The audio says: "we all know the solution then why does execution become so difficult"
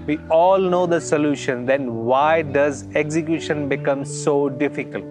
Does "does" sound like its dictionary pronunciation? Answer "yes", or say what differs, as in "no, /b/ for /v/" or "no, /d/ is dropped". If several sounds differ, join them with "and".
yes